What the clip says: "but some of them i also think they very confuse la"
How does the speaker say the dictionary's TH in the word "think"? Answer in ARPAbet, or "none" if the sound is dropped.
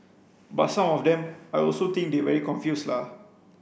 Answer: T